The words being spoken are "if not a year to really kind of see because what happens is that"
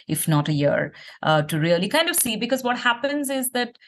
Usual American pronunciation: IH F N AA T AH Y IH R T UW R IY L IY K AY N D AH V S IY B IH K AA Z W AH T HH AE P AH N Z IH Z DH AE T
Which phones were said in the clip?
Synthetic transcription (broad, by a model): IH F N AA T AH Y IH R T UW R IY L IY K AY N D AH V S IY B IH K AA Z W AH T HH AE P AH N Z IH Z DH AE T